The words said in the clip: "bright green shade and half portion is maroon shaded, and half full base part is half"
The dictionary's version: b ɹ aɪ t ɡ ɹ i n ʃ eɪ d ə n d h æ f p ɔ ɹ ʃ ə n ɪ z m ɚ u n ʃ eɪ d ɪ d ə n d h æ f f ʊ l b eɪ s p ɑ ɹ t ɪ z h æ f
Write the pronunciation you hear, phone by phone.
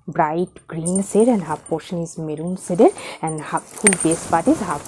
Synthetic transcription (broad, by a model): b ɹ aɪ t ɡ ɹ i n s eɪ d ə n d h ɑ p ɔ ɹ ʃ ə n ɪ z m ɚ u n s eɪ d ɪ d ə n d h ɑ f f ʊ l b eɪ s p ɑ ɹ t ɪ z h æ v